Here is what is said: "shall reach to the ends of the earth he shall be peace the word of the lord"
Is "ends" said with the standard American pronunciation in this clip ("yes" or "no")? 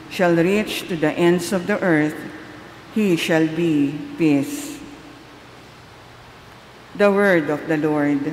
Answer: no